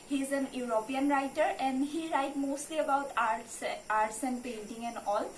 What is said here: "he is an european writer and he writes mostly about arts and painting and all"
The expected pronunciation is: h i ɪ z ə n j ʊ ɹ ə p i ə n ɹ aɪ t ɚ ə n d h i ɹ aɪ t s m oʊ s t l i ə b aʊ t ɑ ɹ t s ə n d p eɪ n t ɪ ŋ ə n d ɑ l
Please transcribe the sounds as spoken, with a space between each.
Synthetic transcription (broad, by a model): h i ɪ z ə n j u ɹ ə p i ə n ɹ aɪ t ɚ ə n d h i ɹ aɪ t m oʊ s t l i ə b aʊ t ɑ ɹ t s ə n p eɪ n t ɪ ŋ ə n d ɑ l